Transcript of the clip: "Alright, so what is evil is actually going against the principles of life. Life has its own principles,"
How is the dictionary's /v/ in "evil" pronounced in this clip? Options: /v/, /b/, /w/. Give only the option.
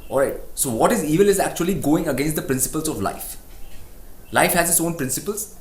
/v/